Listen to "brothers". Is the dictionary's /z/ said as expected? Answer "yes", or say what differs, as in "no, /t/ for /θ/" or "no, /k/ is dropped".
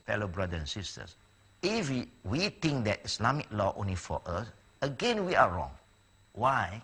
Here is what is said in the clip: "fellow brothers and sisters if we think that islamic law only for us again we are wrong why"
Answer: no, /z/ is dropped